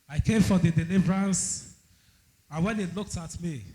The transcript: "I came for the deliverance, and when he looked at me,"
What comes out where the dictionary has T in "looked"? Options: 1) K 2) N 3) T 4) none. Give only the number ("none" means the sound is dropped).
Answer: 3